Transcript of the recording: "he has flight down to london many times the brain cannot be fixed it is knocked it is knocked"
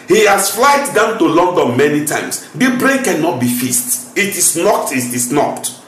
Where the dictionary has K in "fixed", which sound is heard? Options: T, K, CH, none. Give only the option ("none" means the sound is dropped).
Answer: none